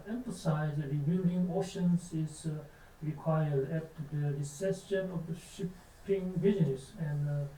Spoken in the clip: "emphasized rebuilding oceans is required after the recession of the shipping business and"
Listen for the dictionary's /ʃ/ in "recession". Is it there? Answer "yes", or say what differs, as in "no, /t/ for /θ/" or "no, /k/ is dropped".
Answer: no, /s/ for /ʃ/